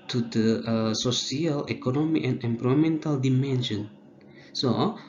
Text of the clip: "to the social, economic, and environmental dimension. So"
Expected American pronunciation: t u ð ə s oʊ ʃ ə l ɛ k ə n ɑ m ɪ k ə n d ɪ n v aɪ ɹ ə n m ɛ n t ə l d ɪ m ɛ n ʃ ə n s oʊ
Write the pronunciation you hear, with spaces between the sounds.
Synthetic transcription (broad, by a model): t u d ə s oʊ s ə l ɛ k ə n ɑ m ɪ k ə n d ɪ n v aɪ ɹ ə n m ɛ n t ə l d ɪ m ɛ n ʃ ə n s oʊ